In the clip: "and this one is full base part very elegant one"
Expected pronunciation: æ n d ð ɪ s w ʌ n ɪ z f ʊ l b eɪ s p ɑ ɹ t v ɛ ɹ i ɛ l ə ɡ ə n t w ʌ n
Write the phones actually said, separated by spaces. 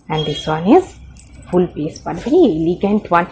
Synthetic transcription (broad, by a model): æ n d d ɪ s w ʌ n ɪ z f ʊ l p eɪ s b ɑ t v ɛ ɹ i ɛ l ə ɡ ə n t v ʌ n